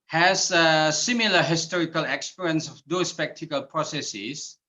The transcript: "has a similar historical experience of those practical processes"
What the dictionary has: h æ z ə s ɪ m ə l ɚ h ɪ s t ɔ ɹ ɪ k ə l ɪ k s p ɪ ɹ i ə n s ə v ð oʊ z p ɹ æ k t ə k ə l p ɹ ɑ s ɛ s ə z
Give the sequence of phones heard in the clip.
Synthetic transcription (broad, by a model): h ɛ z ə s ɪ m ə l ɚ h ɪ s t ɔ ɹ ɪ k ə l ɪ k s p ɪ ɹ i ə n s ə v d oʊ s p ɛ k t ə k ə l p ɹ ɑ s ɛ s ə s